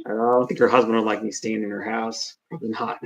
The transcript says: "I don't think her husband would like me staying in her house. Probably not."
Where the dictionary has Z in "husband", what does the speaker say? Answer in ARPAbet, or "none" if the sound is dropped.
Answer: Z